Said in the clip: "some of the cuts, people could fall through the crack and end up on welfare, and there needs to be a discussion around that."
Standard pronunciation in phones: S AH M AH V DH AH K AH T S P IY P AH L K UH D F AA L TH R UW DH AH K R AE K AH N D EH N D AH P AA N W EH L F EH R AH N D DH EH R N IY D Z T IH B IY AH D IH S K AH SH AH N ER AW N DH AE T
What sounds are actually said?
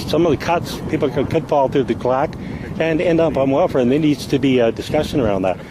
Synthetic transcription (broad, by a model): S AH M AH V DH AH K AH T S P IY P L K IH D F AA L TH R UW DH AH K L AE K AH N EH N D AH P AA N W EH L F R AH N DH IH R N IY D Z T IH B IY AH D IH S K AH SH AH N ER AW N DH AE T